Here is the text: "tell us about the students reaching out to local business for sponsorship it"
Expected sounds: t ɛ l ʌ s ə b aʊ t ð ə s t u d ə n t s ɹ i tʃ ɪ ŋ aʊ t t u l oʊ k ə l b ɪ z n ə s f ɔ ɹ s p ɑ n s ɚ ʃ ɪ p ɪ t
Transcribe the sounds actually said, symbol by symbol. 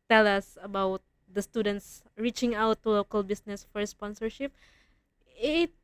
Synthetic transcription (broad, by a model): t ɛ l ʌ s ə b aʊ t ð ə s t u d ə n t s ɹ i tʃ ɪ ŋ aʊ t t u l oʊ k ə l b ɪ s n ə s f ɔ ɹ s p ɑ n s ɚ ʃ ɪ p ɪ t